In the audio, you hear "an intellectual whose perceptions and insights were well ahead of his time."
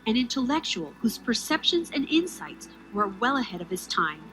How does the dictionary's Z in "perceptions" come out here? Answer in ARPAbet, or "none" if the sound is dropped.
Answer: Z